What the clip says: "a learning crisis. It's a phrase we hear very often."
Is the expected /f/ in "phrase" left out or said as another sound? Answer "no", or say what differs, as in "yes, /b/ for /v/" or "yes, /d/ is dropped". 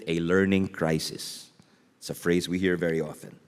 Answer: no